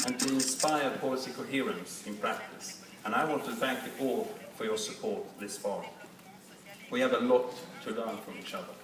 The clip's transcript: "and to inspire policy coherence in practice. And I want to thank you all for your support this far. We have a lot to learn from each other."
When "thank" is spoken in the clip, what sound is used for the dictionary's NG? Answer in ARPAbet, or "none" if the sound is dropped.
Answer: NG